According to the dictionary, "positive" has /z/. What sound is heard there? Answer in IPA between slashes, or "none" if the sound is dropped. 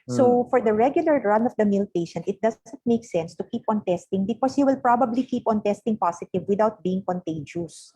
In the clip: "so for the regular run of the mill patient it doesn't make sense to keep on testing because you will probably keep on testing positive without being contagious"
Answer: /s/